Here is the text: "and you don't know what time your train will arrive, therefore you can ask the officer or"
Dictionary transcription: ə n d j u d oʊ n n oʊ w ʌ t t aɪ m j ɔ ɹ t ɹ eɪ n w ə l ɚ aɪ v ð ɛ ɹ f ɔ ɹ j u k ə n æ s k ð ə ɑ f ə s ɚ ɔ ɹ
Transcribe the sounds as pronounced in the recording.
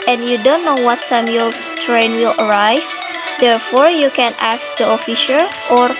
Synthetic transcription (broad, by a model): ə n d j u d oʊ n n oʊ w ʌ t t aɪ m j ɔ ɹ t ɹ eɪ n w ə l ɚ aɪ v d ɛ ɹ f ɔ ɹ j u k ə n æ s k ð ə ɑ f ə ʃ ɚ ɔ ɹ